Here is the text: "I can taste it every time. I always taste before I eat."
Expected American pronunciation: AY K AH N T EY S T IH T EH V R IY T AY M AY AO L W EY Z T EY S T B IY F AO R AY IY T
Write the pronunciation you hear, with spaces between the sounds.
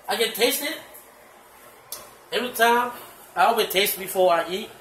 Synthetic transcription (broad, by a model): AY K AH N T EY S T IH T EH V R IY T AY M AY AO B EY T EY S T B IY F AO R AY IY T